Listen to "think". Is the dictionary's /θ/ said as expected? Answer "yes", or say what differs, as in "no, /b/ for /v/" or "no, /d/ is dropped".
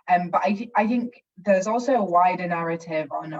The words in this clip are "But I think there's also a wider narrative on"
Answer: yes